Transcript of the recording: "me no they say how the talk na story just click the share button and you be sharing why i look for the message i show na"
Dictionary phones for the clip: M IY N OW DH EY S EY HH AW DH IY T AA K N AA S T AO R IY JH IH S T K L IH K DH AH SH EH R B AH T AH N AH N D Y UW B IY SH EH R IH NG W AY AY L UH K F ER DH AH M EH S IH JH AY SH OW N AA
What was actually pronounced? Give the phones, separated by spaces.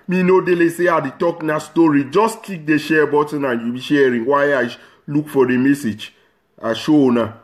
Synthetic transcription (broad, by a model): M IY N OW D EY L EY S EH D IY T AA K N AA S T AO R IY JH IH S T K IY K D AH SH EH B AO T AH N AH N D Y UW B IY SH EH R IH NG W AY AY L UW K F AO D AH M EH S IH JH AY SH OW N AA